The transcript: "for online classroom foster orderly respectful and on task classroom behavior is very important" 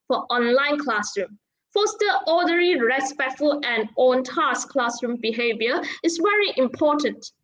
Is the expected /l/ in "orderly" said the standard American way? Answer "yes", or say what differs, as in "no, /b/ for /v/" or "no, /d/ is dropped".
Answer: no, /l/ is dropped